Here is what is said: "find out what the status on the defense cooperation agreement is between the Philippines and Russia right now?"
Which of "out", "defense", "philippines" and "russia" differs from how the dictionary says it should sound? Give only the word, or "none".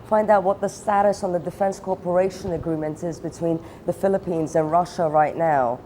none